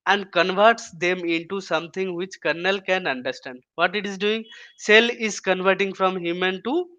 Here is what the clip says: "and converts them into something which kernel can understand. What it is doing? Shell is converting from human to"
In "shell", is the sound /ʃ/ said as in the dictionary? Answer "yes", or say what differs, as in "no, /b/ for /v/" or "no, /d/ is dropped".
no, /s/ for /ʃ/